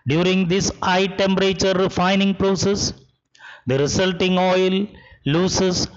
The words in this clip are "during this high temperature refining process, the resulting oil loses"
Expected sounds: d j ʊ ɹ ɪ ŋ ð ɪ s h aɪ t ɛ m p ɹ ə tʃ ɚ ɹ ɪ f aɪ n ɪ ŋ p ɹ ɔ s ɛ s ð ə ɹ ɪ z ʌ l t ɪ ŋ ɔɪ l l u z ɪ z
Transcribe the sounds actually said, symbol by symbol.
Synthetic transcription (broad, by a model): d j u ɹ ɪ ŋ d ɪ s aɪ t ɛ m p ɹ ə tʃ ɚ ɹ ɪ f aɪ n ɪ ŋ p ɹ ɔ s ɛ s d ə ɹ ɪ s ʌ l t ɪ ŋ ɔɪ l l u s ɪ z